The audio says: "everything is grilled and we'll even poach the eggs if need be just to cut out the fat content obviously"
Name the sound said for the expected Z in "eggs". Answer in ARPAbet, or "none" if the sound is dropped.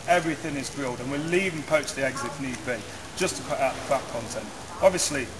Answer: Z